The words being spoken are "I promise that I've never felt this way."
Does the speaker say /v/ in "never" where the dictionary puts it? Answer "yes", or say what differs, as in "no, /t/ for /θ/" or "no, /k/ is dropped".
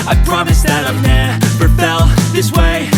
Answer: no, /p/ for /v/